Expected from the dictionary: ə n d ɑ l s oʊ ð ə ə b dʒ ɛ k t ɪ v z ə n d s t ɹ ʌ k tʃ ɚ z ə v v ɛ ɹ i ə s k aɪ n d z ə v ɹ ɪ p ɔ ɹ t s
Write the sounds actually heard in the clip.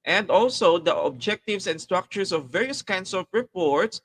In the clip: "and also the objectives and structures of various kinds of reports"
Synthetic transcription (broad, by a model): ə n d ɑ l s oʊ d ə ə b dʒ ɛ k t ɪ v s ə n d s t ɹ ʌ k tʃ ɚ s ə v v ɛ ɹ i ə s k aɪ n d s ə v ɹ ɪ p ɔ ɹ t s